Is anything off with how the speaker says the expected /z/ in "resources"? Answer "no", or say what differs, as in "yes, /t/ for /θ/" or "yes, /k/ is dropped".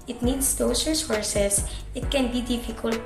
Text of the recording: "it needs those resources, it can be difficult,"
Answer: yes, /s/ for /z/